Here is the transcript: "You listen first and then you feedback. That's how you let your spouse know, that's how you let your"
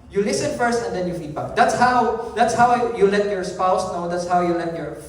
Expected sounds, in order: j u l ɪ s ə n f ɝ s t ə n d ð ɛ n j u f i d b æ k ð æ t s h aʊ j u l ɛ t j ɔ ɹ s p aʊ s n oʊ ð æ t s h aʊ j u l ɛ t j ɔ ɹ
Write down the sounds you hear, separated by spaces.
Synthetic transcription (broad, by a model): j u l ɪ s ə n f ɝ s t ə n d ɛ n j u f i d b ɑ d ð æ t s h aʊ j u l ɛ t j ɔ ɹ s p aʊ s n oʊ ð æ t s h aʊ j u l ɛ t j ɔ ɹ